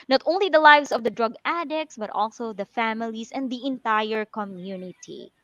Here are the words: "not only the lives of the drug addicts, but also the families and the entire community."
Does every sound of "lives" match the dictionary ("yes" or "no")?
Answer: no